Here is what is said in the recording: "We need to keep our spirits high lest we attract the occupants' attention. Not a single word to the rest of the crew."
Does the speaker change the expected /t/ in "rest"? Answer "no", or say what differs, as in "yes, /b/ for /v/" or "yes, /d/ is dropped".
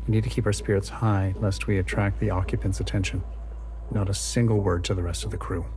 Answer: no